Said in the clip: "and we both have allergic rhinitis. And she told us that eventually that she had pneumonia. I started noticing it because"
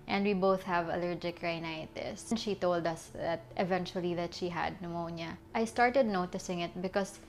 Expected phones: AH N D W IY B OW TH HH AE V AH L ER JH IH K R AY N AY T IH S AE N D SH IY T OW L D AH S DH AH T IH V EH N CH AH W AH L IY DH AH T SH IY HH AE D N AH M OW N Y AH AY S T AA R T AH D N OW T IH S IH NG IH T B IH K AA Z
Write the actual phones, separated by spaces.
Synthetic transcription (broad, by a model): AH N D W IY B OW TH HH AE V AH L ER JH IH K R AY N AY T IH S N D SH IY T OW L D AH S DH AH T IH V EH N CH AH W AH L IY DH AH T SH IY HH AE D N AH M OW N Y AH AY S T AA R T AH D N OW T IH S IH NG IH T B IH K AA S